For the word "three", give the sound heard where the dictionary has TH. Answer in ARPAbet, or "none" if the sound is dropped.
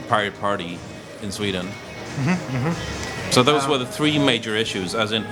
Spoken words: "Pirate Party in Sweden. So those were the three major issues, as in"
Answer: TH